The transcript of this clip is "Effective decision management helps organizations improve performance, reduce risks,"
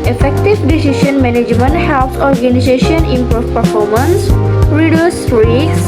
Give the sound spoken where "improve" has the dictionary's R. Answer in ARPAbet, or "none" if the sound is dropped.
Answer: none